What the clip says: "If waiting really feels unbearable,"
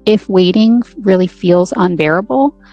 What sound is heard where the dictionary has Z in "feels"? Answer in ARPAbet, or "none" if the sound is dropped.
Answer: Z